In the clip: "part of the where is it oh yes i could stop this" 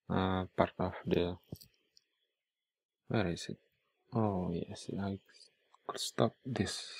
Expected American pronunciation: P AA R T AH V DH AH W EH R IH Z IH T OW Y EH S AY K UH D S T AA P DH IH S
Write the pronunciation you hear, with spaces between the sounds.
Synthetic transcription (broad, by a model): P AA R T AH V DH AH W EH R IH S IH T OW Y EH S AY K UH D S T AA P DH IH S